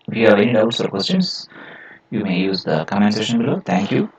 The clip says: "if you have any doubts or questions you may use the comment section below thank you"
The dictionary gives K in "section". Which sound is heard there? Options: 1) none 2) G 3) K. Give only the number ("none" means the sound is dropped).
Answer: 1